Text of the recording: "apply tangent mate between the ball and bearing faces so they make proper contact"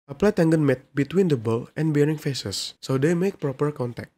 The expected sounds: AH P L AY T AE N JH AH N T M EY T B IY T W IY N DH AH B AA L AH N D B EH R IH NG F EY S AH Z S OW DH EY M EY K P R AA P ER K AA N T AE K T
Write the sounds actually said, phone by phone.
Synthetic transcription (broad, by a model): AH P L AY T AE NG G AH N M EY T B IY T W IY N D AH B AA L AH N B EH R IH NG F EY S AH S OW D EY M EY K P R AA P ER K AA N T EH K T